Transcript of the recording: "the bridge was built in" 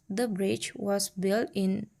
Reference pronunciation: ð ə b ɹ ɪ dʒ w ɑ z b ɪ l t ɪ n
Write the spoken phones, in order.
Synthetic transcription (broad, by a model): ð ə b ɹ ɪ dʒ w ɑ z b ɪ l t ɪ n